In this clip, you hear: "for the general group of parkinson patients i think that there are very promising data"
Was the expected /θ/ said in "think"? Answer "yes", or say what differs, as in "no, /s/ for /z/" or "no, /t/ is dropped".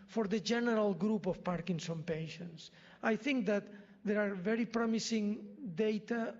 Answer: yes